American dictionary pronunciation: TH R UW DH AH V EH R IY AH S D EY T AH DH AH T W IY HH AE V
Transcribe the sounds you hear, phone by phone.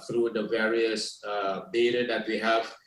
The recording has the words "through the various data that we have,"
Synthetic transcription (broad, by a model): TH R UW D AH V EH R IY AH S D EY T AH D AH T W IY HH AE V